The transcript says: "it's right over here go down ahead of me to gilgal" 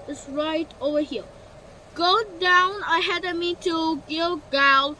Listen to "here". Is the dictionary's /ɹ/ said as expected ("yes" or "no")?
no